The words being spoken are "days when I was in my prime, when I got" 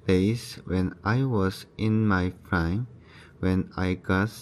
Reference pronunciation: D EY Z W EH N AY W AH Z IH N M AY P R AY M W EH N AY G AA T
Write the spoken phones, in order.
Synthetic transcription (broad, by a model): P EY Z W EH N AY W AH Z IH N M AY F R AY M W EH N AY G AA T